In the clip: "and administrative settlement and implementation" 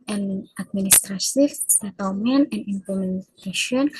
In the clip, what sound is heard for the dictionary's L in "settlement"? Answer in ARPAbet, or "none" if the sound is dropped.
W